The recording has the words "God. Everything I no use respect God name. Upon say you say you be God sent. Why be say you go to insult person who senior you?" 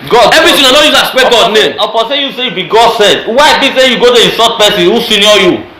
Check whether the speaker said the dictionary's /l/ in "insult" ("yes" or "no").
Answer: no